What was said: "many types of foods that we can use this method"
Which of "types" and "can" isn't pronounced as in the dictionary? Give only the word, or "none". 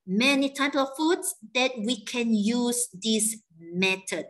types